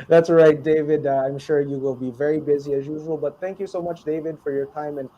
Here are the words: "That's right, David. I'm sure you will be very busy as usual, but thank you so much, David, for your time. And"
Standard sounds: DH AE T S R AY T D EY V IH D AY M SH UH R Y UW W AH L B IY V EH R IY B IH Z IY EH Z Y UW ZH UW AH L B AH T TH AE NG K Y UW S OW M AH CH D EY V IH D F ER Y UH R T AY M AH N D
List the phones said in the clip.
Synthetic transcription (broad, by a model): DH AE T S R AY T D EY V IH D AY M SH UH R Y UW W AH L B IY V EH R IY B IH Z IY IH Z Y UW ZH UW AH L B AH T TH AE NG K Y UW S OW M AH CH D EY V IH D F ER Y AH R T AY M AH N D